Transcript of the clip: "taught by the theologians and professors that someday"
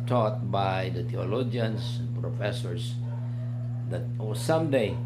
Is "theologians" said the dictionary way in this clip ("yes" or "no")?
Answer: no